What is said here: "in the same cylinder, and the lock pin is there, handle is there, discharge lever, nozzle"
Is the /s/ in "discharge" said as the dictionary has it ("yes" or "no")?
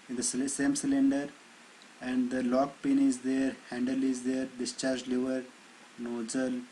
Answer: yes